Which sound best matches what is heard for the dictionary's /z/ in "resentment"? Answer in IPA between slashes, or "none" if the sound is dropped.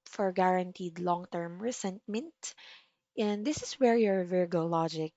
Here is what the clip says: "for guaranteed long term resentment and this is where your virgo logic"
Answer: /s/